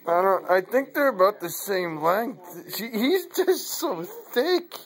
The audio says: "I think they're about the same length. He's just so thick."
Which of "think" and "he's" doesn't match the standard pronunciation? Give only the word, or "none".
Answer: none